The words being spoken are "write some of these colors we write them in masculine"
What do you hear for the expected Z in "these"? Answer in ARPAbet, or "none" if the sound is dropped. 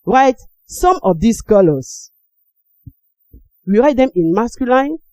S